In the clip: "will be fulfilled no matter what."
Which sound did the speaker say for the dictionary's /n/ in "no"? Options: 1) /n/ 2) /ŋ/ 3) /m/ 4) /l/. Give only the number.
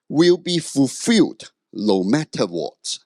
4